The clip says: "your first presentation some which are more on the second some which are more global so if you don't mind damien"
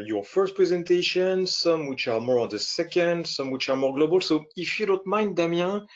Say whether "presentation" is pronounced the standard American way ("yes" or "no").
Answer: yes